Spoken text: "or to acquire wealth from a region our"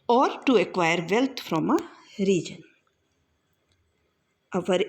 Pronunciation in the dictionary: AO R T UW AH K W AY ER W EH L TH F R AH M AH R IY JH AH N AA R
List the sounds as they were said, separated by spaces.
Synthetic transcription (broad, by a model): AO R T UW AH K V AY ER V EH L T F R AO M AH R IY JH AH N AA R